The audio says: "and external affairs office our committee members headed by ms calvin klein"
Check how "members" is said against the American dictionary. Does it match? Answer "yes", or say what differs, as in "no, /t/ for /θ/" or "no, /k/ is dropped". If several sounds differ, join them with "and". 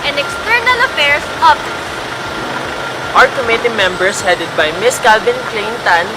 no, /s/ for /z/